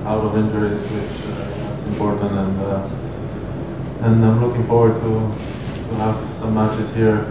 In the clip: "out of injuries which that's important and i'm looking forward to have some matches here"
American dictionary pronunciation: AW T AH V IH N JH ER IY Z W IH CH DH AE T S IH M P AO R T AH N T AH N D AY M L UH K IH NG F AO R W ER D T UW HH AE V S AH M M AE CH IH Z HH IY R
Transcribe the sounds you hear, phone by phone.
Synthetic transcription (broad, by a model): AW T AH V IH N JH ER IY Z W IH CH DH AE T S IH M P AO R T AH N T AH N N AY M L UH K IH NG F AO R W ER D T UW HH AE V S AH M M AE CH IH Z HH IY R